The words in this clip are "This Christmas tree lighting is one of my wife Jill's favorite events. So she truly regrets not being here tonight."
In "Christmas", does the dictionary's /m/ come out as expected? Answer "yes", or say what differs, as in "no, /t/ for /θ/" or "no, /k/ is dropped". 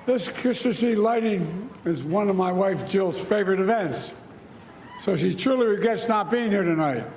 no, /m/ is dropped